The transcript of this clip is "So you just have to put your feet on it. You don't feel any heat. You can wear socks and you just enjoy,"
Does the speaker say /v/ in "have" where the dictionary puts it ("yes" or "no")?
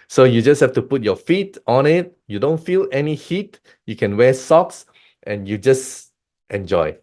no